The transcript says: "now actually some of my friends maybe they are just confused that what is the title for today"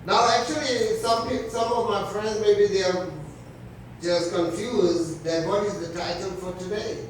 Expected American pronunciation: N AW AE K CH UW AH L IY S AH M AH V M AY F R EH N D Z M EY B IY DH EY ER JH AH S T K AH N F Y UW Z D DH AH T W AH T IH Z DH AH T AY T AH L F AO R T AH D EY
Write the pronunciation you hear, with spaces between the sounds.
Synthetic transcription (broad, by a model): N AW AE K CH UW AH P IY S AH M AH V M AY F R EH N D Z M EY B IY DH EY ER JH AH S K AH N F Y UW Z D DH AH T W AH T IH Z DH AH T AY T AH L F AO R T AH D EY